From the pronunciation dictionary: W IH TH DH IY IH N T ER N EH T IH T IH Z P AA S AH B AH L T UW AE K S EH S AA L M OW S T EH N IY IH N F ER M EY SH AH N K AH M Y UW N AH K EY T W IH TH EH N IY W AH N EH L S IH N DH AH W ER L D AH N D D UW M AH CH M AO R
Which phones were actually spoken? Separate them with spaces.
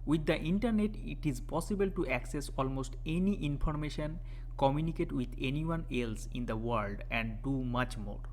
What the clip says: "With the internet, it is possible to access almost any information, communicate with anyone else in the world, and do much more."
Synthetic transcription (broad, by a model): W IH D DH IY N T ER N EH T IH T IH Z P AA S AH B AH L T UW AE K S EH S AA L M OW S T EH N IY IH N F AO M EY SH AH N K AH M Y UW N AH K EY T W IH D EH N IY W AH N EH L S IH N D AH W ER L D AH N D D UW M AH CH M AO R